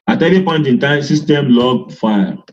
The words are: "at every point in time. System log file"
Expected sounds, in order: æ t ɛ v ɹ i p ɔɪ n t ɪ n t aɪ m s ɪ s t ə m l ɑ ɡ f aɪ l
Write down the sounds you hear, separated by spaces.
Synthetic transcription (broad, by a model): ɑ t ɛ ɹ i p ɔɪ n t ɪ n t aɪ s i s t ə m l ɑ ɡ f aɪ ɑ